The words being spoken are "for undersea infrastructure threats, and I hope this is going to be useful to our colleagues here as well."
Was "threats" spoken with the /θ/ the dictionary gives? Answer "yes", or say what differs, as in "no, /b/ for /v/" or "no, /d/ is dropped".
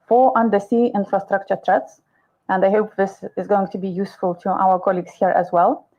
no, /t/ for /θ/